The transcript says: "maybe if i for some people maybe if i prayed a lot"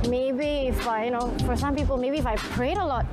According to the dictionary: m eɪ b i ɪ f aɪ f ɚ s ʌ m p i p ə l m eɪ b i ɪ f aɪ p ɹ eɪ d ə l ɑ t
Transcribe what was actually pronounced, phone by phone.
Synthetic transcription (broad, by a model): m eɪ b i ɪ f aɪ f ɚ s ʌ m p i p ə l m eɪ b i ɪ f aɪ p ɹ eɪ d ə l ɑ t